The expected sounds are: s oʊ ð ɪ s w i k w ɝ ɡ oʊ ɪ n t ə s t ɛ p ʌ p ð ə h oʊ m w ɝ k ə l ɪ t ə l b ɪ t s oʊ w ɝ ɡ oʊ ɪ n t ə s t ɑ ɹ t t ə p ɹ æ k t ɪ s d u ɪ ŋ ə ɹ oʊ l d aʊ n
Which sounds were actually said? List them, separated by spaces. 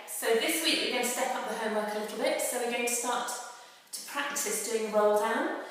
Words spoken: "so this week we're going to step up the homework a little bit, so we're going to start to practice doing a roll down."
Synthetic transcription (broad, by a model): s oʊ ð ɪ s w i k w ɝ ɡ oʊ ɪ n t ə s t ɛ p ʌ p ð ə h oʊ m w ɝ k ə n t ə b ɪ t s oʊ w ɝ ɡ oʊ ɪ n t ə s t ɑ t t ə p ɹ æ k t ɪ s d u ɪ ŋ ə w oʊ l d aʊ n